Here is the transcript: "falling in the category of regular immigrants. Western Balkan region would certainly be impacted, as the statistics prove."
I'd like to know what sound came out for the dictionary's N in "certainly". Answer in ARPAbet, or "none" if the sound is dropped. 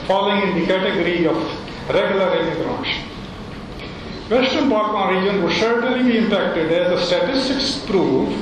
none